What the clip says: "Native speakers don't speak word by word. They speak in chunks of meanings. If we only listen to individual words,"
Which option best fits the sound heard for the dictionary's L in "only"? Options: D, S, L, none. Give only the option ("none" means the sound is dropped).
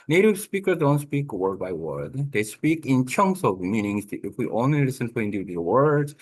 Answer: none